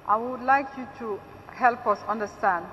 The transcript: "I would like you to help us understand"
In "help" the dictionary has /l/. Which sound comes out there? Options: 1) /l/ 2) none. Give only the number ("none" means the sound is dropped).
1